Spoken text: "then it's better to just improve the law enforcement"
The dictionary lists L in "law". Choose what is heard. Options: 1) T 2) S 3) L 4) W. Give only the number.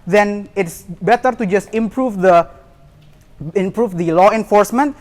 3